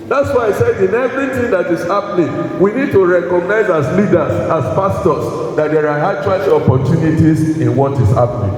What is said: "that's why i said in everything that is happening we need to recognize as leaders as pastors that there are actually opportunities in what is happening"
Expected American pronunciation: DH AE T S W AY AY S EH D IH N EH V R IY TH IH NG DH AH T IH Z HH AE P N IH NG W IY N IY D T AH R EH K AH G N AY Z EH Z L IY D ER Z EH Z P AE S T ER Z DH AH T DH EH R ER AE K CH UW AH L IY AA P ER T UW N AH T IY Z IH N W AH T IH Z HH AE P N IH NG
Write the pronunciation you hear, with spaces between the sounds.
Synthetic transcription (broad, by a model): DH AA T S W AY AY S EH D IH N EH V R IY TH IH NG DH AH T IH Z HH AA P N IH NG W IY N IY D T AH R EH K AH G N AY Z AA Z L IY D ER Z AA S P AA S T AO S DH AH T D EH R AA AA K CH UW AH L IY AA P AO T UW N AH T IY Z IH N W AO T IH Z HH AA P N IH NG